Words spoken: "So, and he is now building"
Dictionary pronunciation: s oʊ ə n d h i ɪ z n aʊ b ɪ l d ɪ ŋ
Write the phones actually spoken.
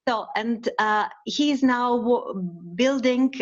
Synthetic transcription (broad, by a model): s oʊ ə n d h i ɪ z n aʊ b ɪ l d ɪ ŋ